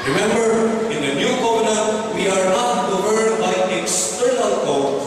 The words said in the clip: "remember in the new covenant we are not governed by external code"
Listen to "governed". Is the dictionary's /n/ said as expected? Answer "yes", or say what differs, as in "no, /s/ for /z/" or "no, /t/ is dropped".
no, /n/ is dropped